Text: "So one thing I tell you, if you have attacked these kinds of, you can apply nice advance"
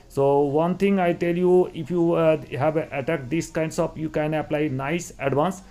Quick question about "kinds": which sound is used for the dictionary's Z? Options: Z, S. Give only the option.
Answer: S